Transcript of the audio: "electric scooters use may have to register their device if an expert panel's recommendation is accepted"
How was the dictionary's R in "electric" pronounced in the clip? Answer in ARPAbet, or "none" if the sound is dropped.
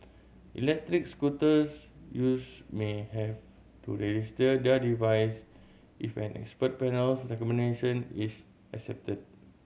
R